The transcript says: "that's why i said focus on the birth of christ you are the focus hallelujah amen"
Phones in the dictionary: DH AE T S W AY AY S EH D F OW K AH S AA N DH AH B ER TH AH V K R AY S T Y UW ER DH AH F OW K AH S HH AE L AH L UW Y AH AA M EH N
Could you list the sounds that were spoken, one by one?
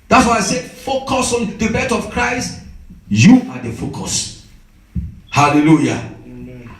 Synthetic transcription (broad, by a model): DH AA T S W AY AY S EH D F OW K AH S AA N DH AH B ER T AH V K R AY S T Y UW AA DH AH F OW K AH S HH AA L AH L UW Y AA